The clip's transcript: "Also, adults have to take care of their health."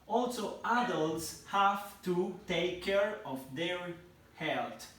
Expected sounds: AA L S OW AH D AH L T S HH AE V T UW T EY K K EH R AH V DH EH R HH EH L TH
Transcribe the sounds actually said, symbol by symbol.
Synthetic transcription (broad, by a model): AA L S OW AH D AH L T S HH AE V T UW T EY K K EH R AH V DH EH R HH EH L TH